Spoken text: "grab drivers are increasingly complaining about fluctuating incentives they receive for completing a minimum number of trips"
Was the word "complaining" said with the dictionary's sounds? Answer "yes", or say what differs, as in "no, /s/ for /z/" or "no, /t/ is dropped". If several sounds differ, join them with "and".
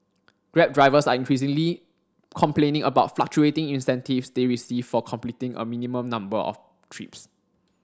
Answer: yes